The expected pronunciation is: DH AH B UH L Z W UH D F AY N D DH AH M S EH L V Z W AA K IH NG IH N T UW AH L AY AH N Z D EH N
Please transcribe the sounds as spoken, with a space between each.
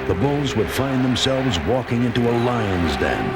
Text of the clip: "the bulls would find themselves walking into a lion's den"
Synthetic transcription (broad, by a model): DH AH B UH L Z W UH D F AY N DH AH M S EH L V Z W AA K IH NG IH N T UW AH L AY AH N Z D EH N